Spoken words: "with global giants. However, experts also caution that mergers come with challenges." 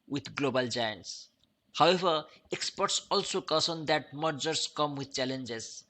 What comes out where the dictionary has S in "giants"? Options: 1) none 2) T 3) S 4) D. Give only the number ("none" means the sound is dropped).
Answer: 3